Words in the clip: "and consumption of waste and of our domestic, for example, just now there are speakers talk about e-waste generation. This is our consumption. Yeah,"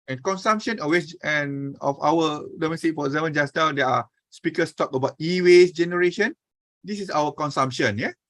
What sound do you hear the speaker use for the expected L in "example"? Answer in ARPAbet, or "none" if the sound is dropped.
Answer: N